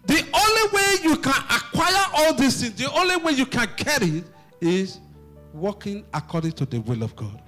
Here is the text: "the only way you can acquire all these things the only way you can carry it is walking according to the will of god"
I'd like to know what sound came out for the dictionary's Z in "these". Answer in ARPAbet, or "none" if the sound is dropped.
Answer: S